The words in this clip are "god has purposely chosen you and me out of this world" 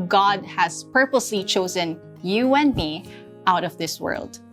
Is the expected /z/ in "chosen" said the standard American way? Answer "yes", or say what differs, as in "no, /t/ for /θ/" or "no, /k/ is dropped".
yes